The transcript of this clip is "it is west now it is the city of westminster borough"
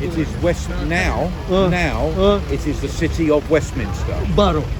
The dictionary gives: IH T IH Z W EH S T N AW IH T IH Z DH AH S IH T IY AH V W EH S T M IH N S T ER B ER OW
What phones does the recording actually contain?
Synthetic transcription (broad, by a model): IH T IH Z W EH S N N AW IH T IH Z DH AH S IH T IY AH V W EH S T M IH N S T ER B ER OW